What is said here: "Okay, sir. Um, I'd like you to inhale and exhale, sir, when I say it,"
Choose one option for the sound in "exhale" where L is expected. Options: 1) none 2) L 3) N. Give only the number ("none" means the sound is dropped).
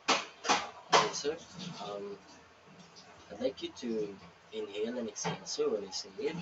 3